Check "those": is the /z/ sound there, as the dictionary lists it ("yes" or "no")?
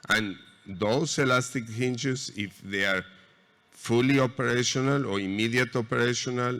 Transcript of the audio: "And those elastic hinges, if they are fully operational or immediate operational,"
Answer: no